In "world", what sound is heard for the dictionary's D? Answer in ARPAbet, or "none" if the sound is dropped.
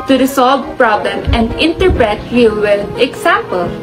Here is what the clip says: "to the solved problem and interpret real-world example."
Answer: none